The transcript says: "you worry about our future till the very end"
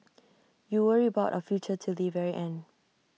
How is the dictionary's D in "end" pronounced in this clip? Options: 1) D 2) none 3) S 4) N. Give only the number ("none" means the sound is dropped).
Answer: 2